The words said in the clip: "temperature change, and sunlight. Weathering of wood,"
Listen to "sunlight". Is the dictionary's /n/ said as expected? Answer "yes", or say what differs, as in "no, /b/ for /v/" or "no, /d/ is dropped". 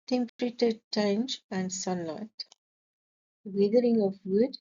yes